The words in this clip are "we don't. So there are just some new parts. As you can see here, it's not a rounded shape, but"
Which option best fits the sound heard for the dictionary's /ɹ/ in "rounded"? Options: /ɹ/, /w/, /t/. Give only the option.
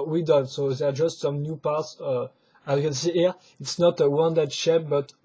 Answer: /w/